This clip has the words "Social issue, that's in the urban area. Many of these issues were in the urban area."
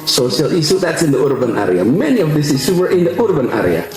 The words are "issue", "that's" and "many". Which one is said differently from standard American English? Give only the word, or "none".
issue